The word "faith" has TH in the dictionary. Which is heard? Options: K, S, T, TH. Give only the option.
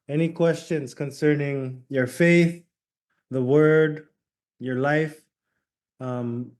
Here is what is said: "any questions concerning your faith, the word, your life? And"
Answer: TH